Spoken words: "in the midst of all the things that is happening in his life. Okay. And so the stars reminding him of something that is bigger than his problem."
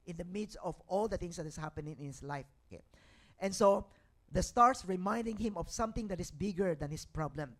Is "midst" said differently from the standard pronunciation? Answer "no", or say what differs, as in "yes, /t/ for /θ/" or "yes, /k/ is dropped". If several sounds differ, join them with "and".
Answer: no